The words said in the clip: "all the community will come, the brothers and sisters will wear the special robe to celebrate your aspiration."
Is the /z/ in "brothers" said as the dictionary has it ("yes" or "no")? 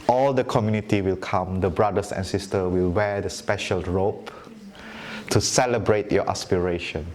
no